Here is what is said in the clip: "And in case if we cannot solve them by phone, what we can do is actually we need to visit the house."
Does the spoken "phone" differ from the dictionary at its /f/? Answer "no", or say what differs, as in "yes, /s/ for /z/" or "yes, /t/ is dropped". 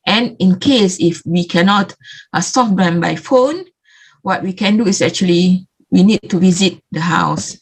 no